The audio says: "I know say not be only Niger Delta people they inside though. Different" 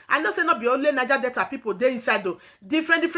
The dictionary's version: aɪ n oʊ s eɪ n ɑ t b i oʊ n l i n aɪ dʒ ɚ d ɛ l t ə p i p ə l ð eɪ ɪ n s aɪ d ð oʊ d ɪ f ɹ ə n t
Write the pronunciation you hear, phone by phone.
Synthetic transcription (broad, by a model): aɪ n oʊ s eɪ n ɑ b i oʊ l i n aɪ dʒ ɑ d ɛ t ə p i p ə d eɪ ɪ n s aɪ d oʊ d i f ɹ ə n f